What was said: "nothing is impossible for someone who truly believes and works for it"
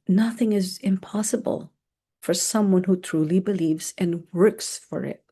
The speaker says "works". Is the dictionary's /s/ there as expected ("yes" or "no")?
yes